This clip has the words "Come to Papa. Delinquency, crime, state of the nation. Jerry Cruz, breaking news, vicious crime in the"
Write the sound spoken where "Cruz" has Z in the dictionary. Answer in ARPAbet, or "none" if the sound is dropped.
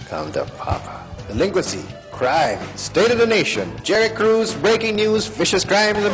Z